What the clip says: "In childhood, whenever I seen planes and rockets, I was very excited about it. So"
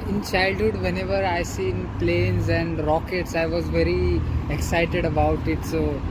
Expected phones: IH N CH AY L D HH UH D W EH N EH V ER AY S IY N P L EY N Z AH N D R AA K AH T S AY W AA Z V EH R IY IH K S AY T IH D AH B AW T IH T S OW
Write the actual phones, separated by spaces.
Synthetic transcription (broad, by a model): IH N CH AY L D HH UH D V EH N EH V ER AY S IY N P L EY N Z AH N D R AA K AH T S AY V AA Z V EH R IY IH K S AY T IH D AH B AW T IH T S OW